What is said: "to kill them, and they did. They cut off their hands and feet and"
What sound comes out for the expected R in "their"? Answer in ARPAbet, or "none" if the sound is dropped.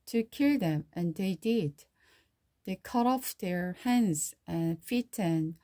R